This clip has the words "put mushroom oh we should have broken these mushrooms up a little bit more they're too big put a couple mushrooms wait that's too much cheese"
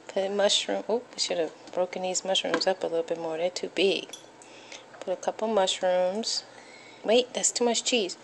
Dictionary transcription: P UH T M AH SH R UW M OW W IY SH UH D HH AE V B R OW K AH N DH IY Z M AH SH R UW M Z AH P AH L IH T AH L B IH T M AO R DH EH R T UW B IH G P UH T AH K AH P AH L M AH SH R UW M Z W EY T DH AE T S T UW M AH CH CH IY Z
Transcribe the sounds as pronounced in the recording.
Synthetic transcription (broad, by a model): P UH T M AH SH R UW M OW W IY SH UH D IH V B R OW K AH N DH IY Z M AH SH R UW M Z AH P AH L IH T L B IH T M AO R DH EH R T UW B IH G P UH T AH K AH P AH M AH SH R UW M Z W EY T DH AE T S T UW M AH CH CH IY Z